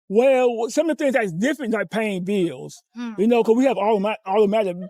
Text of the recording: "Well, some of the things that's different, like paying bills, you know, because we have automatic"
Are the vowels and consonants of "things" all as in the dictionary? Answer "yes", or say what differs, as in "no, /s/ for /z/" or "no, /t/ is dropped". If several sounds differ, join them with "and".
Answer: yes